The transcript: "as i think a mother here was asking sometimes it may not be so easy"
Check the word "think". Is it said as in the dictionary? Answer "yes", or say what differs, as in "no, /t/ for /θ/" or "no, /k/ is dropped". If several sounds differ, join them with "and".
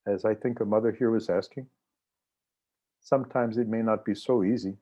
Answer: yes